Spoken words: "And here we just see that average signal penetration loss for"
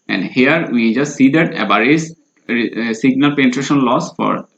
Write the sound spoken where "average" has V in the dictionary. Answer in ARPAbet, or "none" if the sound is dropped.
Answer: B